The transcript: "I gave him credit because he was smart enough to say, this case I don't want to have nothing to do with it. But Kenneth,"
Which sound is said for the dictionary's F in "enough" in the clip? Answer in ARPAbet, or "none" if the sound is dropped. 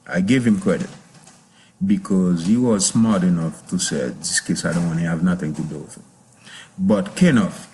F